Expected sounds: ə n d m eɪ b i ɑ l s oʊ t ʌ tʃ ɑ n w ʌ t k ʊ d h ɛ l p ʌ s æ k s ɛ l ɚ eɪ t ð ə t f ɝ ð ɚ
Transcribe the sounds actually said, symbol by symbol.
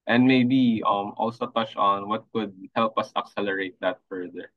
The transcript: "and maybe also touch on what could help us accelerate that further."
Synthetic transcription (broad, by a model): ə n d m eɪ b i ɑ l s oʊ t ʌ tʃ ɑ n w ʌ t k ʊ d h ɛ l p ʌ s æ k s ɛ l ɚ eɪ t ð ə t f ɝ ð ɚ